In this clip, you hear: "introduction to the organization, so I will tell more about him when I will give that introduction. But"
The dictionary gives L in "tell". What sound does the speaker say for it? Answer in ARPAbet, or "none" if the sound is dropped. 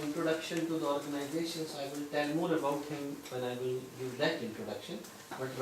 N